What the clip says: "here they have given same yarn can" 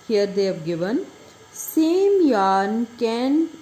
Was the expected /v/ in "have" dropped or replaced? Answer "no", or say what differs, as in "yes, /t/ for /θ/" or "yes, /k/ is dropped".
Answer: yes, /p/ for /v/